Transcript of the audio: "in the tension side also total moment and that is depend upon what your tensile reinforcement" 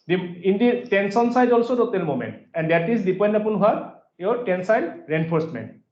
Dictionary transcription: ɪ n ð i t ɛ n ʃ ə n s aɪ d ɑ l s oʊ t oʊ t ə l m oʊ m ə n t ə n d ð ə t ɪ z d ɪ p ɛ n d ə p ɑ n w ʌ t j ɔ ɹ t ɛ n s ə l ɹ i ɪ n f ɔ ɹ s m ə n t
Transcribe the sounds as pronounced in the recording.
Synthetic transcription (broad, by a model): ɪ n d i t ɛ n s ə n s aɪ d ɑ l s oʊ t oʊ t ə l m oʊ m ə n t ə n d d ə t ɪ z d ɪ p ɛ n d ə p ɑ n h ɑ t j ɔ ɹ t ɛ n s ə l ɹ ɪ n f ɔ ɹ s m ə n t